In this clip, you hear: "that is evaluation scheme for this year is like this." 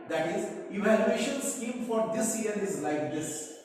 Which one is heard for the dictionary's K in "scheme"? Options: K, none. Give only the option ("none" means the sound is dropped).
K